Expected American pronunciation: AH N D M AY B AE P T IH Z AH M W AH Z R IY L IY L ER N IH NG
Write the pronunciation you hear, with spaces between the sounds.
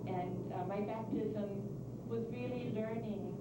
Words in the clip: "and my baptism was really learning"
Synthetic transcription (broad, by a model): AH N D M AY B AE P T IH Z AH M W AH Z R IY L IY L ER N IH NG